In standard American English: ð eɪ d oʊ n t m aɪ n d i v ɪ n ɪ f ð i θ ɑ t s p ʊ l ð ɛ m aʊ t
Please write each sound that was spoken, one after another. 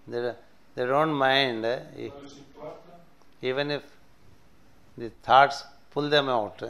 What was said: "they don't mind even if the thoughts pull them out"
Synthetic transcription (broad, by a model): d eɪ d oʊ n t m aɪ n d i v ɪ n ɪ f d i t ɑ t s p ʊ l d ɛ m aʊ t